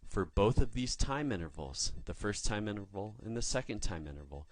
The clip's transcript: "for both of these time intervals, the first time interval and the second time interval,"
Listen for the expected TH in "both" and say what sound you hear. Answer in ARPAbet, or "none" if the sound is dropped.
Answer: TH